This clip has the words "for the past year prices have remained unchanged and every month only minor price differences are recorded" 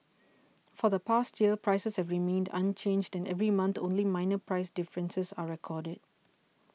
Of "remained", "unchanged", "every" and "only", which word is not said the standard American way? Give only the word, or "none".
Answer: none